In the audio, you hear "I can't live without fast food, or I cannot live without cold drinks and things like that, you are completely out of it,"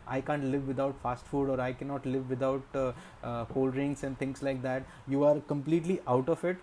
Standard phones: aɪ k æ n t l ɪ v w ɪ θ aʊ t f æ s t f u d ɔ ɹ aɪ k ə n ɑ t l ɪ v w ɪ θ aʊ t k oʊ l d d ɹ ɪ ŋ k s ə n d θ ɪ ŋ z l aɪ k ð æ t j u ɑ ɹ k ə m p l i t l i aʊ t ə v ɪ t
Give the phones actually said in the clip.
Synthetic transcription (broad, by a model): aɪ k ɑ n t l ɪ v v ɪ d aʊ t f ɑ s t f u d ɔ ɹ aɪ k ə n ɑ t l ɪ v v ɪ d aʊ t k oʊ l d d ɹ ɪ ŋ s ə n d t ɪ ŋ s l aɪ k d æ t j u ɑ ɹ k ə m p l i t l i aʊ t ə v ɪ t